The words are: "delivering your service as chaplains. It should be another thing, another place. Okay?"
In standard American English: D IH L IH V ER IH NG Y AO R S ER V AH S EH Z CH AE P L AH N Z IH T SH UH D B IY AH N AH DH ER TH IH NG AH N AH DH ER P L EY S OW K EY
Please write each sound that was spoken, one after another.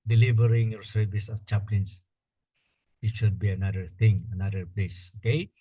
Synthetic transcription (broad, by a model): D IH L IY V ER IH NG Y AO R S ER V AH S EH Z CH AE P L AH N S IH T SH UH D B IY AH N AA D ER T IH NG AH N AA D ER P L EY S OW K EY